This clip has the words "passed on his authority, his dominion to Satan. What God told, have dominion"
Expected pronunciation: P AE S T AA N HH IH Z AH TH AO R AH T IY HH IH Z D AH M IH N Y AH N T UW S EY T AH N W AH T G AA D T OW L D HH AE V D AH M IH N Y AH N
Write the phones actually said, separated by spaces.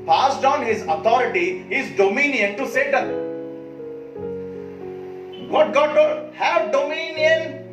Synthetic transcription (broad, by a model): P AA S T AA N HH IH Z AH T AO R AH T IY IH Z D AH M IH N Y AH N T UW S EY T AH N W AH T G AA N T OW D HH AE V D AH M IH N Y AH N